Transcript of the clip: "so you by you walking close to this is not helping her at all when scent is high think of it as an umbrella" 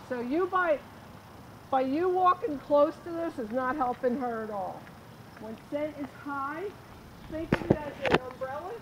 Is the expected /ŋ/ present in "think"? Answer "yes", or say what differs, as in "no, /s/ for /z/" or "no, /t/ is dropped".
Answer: no, /ŋ/ is dropped